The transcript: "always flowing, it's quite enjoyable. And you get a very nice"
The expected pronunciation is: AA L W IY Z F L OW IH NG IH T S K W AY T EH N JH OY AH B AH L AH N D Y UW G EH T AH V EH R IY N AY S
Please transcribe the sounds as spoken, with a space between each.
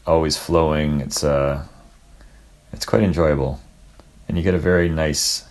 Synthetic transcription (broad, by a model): AA L W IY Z F L OW IH NG IH T S K W AY T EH N JH OY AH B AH L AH N Y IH G EH T AH V EH R IY N AY S